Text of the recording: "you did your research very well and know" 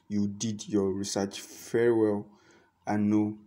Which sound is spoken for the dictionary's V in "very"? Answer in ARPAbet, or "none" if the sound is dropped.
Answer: F